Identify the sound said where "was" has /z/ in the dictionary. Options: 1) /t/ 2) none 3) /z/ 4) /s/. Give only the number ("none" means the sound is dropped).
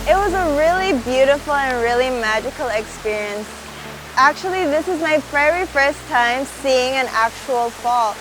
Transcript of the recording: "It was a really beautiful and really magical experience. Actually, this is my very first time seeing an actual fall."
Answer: 3